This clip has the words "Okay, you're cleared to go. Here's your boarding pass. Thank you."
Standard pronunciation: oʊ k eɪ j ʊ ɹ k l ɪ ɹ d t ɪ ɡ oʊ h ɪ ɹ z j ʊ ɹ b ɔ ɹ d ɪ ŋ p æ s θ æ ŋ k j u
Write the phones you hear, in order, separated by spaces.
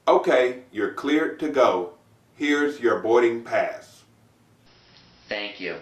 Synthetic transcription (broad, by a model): oʊ k eɪ j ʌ ɹ k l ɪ ɹ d t ɪ ɡ oʊ h ɪ ɹ z j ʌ ɹ b ɔ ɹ d ɪ ŋ p æ s θ æ ŋ k j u